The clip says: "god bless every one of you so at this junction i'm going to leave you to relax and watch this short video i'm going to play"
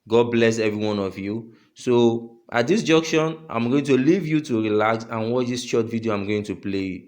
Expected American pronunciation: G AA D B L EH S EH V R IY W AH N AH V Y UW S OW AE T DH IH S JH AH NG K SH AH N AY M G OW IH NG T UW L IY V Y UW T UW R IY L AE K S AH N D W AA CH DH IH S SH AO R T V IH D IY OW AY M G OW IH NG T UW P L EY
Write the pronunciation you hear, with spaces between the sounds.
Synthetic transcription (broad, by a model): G AA D B L EH S EH V R IY W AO N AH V Y UW S OW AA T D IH S JH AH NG K SH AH N AY M G OW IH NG T UW L IY V Y UW T UW R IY L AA S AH N W AA CH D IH S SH AO T V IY D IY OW AY M G OW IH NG T UW P L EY